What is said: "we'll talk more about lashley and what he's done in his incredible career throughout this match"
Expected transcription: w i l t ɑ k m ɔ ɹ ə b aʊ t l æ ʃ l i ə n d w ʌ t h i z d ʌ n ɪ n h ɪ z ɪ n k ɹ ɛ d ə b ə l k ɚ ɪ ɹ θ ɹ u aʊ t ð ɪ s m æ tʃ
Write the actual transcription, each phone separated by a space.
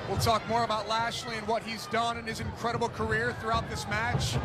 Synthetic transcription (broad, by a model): w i l t ɑ k m ɔ ɹ ə b aʊ t l æ ʃ l i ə n w ʌ t h i z d ʌ n ɪ n ɪ z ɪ n k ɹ ɛ d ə b l k ɚ ɪ ɹ θ ɹ u aʊ t ð ɪ s m æ tʃ